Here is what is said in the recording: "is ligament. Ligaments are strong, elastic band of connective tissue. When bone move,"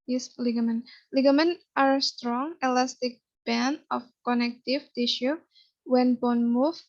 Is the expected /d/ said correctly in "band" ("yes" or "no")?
no